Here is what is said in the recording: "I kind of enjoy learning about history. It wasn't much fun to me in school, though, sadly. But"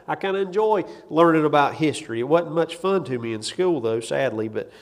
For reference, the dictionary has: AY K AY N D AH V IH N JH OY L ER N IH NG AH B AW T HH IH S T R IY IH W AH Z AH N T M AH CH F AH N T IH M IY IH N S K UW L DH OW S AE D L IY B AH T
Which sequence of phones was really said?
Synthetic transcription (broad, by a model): AY K AY N D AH IH N JH OY L ER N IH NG AH B AW T HH IH S T R IY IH W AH AH T M AH CH F AH N T IH M IY IH N S K UW L DH OW S AE D L IY B AH T